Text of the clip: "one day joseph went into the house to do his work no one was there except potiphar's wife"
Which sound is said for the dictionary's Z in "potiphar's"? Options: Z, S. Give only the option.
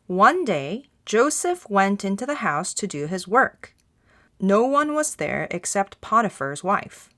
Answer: Z